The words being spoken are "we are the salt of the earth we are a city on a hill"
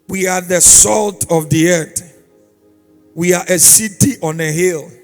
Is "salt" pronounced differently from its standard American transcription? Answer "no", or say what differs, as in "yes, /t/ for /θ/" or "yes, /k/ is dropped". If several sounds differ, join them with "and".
no